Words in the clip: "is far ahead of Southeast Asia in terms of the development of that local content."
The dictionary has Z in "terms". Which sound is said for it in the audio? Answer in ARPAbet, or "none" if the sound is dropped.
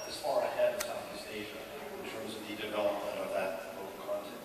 Z